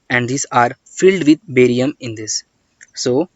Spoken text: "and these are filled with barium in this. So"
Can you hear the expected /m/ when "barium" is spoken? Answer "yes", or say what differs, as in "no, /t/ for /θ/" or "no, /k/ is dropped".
yes